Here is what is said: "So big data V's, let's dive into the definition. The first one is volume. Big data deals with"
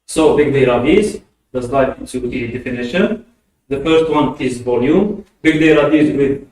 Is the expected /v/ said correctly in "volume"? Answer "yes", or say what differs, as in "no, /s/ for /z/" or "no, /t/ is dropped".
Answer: yes